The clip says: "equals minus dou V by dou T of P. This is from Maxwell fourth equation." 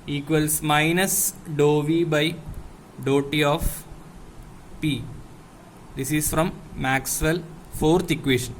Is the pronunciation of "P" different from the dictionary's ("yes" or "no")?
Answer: no